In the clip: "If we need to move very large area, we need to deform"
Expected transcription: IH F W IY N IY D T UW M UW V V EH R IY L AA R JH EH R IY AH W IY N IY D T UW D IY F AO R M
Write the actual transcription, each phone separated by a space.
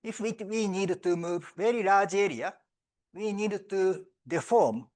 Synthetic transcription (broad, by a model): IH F W IY N IY D T UW M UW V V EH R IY N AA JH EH R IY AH W IY N IY D T UW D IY F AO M